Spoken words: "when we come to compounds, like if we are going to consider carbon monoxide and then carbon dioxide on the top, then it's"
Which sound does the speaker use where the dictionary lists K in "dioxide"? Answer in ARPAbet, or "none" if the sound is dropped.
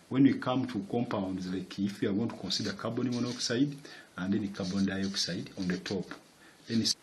K